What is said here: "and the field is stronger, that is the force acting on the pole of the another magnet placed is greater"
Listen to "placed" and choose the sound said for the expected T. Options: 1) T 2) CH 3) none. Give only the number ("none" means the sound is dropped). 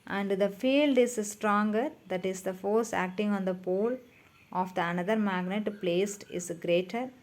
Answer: 1